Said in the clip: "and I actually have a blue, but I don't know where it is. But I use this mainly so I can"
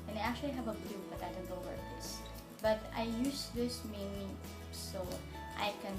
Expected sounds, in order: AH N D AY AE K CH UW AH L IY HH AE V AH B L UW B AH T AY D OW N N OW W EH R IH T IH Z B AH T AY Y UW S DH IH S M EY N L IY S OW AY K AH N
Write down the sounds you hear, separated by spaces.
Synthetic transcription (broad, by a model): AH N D AY AE K CH UW AH L IY HH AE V AH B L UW B AH T AY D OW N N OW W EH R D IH S B AH T AY Y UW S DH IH S M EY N IY S OW AY K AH N